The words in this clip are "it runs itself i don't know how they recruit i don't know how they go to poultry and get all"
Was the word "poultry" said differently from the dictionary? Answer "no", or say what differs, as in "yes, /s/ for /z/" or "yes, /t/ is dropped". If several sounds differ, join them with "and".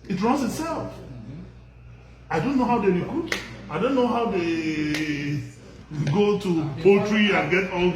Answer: no